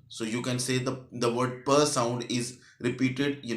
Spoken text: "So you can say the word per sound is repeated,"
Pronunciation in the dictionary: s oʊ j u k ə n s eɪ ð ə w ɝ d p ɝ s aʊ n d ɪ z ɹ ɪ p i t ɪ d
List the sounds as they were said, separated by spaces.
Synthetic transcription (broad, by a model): s oʊ j u k ə n s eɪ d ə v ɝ d p ɝ s aʊ n d ɪ z ɹ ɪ p i t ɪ d